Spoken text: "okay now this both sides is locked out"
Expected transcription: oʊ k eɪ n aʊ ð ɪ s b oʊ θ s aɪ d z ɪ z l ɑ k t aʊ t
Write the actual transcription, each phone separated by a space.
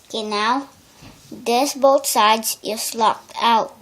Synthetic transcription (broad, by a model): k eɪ n aʊ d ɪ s b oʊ t s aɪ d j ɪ s l ɑ k t aʊ t